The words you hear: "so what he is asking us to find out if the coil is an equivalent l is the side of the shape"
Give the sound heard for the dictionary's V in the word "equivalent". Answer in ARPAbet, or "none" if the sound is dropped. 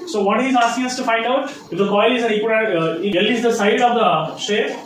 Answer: none